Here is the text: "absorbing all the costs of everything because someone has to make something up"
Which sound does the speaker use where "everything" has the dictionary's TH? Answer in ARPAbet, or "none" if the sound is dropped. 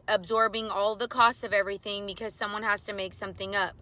TH